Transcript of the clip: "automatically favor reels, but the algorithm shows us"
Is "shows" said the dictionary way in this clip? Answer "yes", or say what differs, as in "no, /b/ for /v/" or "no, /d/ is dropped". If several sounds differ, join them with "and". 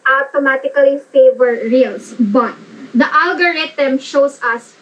no, /s/ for /z/